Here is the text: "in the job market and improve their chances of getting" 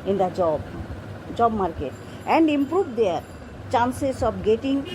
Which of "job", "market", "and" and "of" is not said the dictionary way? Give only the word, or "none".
of